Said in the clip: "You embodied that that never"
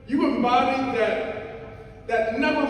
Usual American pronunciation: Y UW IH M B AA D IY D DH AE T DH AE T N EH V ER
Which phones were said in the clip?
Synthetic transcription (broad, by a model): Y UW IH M AA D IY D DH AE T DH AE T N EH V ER